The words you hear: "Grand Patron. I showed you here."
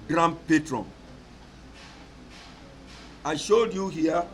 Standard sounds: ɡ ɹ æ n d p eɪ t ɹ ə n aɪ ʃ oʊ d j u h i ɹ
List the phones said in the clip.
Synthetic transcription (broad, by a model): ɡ ɹ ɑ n p eɪ t ɹ ə n aɪ ʃ oʊ d j u h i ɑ